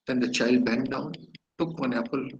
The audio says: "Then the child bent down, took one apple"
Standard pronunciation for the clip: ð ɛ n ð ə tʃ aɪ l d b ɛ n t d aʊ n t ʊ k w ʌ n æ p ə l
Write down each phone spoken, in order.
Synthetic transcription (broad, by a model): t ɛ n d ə tʃ aɪ l d b ɛ n t d aʊ n t ʊ k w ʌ n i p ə l